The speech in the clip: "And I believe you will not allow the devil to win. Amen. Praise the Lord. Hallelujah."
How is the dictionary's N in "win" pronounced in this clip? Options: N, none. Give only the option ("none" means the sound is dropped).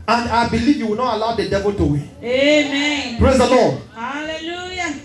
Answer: none